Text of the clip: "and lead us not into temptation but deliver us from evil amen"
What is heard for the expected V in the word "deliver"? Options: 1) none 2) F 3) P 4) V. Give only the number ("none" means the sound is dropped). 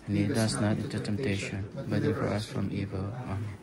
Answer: 1